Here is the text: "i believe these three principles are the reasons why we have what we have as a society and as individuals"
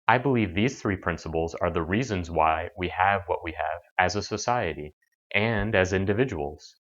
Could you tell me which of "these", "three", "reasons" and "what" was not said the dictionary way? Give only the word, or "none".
none